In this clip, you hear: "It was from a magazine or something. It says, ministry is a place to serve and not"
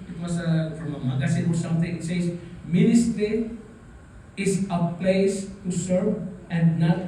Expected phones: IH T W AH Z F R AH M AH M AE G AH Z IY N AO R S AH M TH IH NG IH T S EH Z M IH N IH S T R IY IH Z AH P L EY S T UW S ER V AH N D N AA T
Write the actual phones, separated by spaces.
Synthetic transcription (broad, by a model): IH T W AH S F R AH M AH M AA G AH S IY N AO R S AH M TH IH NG IH T S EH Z M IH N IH S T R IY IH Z AH P L EY S T UW S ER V AH N D N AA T